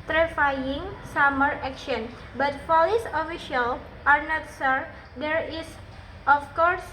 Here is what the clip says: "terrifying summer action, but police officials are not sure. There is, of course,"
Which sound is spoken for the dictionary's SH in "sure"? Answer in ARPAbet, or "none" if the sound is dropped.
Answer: S